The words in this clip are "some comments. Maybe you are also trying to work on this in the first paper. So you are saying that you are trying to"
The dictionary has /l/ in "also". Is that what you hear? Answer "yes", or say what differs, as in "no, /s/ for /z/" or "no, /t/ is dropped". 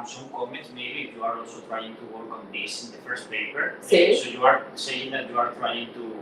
yes